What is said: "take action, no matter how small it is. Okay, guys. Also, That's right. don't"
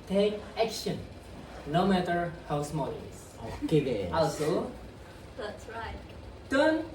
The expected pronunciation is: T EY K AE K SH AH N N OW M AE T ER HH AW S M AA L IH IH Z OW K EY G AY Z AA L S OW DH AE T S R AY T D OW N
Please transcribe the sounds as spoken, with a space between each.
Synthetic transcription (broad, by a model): T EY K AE K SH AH N N OW M AE T ER HH AW S M AA L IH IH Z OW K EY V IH AA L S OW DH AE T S R AY T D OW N